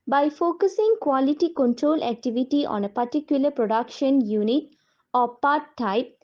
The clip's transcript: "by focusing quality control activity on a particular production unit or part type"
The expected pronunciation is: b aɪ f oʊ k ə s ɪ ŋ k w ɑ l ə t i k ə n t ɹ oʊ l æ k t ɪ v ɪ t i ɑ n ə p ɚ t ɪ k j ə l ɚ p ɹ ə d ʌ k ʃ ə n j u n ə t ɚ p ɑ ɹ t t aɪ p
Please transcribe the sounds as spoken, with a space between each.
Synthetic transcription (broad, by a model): b aɪ f oʊ k ə s ɪ ŋ k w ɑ l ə t i k ə n t ɹ oʊ l æ k t ɪ v ɪ t i ɑ n ə p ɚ t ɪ k j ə l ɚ p ɹ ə d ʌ k ʃ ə n j u n ə t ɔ p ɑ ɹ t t aɪ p